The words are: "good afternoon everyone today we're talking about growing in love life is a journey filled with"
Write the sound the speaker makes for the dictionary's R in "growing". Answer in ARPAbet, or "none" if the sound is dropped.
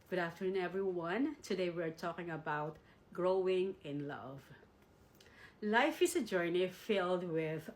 R